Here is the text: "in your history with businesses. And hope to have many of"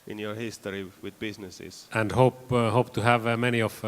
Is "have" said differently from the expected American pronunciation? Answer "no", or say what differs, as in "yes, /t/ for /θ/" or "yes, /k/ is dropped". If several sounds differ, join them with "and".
no